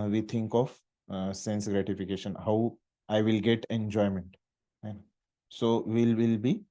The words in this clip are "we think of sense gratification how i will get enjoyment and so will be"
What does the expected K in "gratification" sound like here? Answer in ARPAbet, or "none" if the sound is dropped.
K